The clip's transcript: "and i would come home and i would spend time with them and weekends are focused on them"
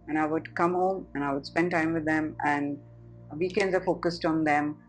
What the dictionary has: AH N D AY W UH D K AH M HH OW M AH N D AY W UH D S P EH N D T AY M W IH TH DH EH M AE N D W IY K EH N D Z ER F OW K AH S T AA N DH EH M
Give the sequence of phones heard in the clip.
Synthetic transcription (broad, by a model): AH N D AY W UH D K AH M HH OW M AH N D AY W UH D S P EH N D T AY M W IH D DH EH M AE N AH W IY K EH N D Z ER F OW K AH S T AA N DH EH M